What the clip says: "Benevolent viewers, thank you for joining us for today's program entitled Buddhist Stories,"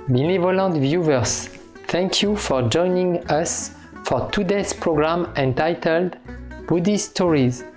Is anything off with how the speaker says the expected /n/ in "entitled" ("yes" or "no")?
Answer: no